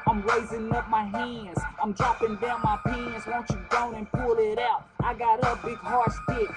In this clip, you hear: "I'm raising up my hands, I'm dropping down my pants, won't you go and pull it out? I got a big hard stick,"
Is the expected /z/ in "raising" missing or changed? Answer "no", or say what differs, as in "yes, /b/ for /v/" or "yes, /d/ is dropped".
no